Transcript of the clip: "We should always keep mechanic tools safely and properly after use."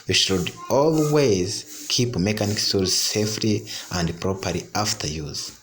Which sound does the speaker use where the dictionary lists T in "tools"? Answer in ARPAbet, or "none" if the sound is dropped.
S